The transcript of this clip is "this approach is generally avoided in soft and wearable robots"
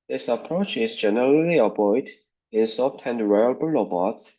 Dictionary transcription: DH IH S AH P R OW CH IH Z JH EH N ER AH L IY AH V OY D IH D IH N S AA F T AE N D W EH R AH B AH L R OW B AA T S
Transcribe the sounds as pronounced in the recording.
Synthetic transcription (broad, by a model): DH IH S AH P R OW CH IH Z JH EH N ER AH L IY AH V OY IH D IH N S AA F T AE N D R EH AH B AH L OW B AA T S